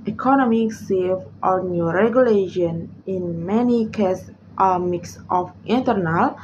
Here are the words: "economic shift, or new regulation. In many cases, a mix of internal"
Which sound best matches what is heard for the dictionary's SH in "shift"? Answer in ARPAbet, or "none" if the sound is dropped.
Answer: S